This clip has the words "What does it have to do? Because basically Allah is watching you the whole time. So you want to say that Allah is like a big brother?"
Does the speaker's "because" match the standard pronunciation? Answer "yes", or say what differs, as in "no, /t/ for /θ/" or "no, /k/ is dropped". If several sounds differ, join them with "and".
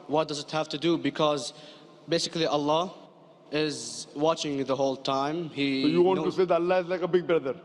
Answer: yes